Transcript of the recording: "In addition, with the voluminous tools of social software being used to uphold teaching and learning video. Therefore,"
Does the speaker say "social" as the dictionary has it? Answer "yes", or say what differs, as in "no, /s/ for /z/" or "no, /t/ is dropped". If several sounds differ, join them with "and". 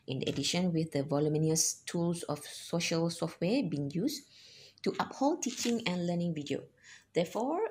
yes